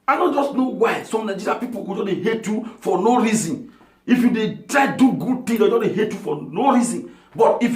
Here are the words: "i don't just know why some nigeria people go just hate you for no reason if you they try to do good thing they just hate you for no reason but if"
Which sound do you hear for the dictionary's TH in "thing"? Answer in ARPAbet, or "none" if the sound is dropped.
T